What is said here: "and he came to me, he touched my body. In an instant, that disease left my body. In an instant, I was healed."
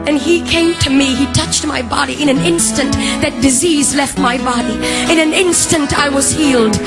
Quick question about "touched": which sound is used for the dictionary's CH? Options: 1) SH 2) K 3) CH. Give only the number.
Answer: 3